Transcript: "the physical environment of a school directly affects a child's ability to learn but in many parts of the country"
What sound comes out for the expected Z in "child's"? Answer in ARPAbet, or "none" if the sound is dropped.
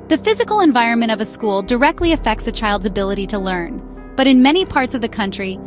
Z